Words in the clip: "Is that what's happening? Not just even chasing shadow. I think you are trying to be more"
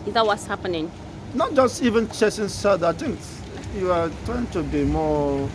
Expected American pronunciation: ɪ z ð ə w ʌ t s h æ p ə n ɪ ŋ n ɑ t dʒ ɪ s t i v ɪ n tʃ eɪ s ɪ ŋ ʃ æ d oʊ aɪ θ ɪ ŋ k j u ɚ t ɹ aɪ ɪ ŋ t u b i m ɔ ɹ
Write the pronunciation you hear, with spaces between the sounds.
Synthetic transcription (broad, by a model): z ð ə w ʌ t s h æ p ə n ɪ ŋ n ɑ t dʒ ɪ s t i v ɪ n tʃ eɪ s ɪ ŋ s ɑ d aɪ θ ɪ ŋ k j u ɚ t ɹ aɪ ɪ ŋ t u b i m ɔ